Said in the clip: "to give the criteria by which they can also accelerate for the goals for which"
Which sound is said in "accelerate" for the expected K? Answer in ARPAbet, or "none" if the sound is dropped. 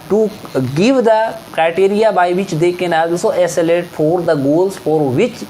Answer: none